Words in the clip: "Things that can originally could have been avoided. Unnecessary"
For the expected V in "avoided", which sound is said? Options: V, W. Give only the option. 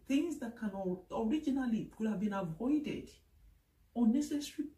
V